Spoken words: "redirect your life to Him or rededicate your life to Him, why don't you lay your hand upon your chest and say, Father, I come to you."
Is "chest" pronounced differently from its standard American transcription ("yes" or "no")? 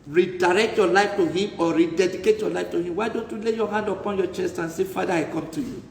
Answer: no